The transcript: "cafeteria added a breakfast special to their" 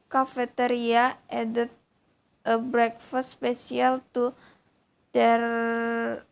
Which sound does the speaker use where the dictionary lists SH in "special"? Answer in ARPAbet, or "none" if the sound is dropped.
S